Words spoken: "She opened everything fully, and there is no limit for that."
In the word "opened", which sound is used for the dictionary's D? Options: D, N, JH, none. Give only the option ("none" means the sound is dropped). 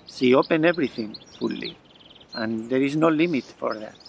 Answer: none